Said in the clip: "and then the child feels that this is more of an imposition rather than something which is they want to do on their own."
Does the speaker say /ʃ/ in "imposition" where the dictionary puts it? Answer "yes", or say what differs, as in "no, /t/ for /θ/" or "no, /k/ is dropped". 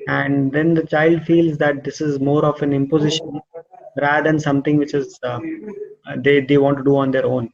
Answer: yes